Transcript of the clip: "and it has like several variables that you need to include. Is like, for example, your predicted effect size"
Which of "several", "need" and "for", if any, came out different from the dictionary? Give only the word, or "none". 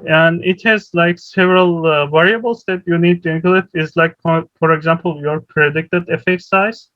none